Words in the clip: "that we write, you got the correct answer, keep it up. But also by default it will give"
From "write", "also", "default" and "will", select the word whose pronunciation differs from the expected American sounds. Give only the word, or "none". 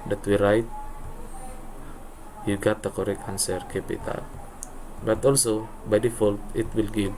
none